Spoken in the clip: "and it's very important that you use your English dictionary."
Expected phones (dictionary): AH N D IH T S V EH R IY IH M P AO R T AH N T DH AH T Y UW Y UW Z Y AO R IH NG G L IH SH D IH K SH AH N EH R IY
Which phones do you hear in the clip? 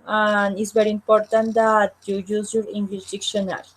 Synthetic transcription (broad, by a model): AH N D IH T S V EH R IY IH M P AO R T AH N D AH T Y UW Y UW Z Y AO R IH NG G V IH S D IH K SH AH N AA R